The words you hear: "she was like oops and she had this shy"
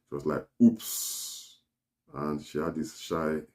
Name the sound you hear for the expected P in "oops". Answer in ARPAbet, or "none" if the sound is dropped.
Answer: P